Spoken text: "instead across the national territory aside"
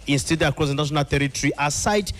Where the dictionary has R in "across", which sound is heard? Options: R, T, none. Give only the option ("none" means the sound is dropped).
none